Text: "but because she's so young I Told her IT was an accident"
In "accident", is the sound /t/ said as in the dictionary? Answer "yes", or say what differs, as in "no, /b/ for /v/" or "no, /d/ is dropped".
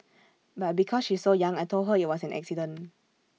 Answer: no, /t/ is dropped